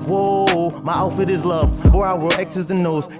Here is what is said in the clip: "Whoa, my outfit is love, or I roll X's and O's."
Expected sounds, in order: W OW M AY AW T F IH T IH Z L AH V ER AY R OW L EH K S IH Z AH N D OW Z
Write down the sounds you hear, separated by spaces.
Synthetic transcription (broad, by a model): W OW M AY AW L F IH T IH Z L AH V ER AY W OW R EH K S IH Z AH N OW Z